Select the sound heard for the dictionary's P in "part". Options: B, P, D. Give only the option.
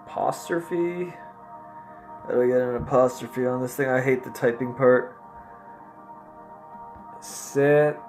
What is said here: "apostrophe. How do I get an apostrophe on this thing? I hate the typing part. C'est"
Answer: P